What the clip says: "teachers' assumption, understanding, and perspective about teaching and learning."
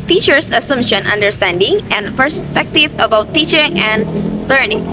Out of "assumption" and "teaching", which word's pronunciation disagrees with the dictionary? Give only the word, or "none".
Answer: assumption